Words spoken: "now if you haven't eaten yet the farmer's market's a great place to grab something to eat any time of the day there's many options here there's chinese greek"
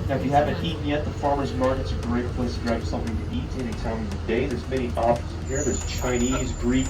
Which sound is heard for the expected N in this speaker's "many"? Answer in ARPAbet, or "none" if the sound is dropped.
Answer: none